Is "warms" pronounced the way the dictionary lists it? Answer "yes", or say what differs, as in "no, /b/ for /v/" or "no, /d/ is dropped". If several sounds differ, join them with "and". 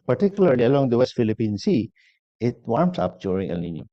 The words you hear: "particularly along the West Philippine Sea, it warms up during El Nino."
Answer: no, /s/ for /z/